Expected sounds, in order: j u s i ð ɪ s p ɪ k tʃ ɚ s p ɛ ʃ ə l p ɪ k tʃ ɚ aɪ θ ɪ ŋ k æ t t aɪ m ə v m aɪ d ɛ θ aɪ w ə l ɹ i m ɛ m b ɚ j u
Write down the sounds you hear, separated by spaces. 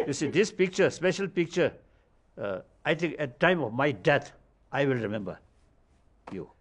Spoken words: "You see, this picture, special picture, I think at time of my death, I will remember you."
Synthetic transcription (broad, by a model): j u s i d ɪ s p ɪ k tʃ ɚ s p ɛ ʃ ə l p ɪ k tʃ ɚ aɪ t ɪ ŋ k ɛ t t aɪ m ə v m aɪ d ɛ t aɪ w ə l ɹ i m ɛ m b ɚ j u